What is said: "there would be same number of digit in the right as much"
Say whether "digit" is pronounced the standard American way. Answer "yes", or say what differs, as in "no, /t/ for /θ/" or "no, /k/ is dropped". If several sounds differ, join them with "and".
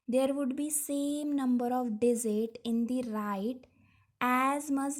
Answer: no, /z/ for /dʒ/